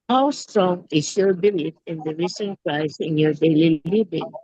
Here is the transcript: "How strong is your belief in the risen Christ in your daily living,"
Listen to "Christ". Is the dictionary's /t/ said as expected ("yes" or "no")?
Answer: no